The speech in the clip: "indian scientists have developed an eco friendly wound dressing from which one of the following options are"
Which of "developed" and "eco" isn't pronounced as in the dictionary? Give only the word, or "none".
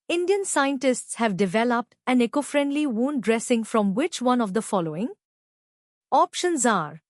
none